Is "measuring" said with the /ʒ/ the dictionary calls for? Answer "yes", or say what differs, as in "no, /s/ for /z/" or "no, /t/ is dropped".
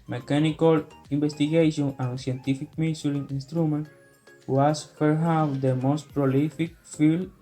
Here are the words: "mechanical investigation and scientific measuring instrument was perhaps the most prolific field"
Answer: no, /s/ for /ʒ/